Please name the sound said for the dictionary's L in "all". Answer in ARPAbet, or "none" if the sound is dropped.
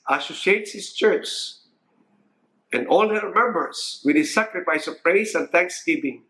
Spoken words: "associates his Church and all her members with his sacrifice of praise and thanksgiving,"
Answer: L